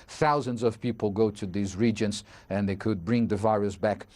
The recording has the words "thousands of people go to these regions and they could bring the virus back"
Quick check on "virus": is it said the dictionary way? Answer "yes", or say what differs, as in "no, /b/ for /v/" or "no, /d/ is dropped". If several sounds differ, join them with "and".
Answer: yes